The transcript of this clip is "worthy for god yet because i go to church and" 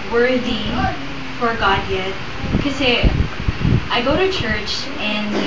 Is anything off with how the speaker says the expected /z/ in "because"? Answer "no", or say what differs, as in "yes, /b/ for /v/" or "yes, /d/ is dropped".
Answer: yes, /z/ is dropped